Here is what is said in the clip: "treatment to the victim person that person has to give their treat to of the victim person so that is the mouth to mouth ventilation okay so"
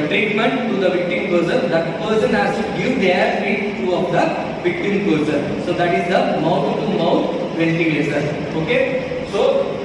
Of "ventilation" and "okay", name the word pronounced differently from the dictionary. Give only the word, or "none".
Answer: ventilation